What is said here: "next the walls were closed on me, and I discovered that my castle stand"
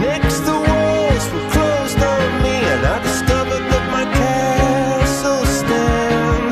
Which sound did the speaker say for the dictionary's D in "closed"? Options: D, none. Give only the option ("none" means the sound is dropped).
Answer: D